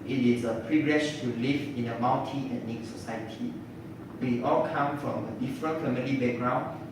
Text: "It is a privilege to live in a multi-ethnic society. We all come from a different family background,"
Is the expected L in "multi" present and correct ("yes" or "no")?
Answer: no